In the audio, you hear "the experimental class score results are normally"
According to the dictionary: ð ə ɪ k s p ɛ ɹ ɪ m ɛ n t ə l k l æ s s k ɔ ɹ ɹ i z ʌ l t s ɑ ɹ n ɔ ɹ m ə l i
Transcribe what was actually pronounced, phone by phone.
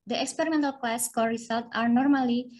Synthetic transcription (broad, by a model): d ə ɪ k s p ɛ ɹ ɪ m ɛ n t ə l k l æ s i k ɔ l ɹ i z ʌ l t ɑ ɹ n ɔ ɹ m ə l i